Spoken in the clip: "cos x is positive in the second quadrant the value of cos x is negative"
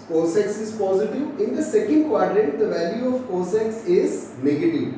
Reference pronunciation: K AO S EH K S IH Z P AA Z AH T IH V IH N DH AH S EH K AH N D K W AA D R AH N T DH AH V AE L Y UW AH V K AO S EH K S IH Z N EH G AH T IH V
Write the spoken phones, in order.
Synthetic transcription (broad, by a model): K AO S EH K S IH Z P AA Z AH T IH V IH N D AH S EH K AH N D K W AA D R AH T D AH V AE L Y UW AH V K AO S EH K S IH Z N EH G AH T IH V